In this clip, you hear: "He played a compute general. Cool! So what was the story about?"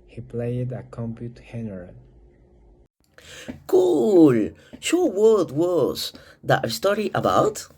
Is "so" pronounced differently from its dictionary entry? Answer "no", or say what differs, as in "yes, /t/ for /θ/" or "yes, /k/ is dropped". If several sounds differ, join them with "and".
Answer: yes, /ʃ/ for /s/